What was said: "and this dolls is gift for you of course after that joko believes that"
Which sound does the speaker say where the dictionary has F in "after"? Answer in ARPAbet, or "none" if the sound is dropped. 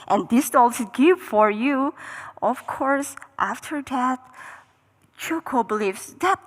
F